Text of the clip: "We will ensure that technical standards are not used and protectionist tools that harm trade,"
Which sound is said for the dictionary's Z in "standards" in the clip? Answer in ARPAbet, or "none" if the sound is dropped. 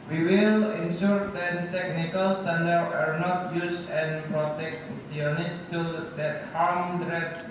none